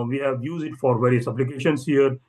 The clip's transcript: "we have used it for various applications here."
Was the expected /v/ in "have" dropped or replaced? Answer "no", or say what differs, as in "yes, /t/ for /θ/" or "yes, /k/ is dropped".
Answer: no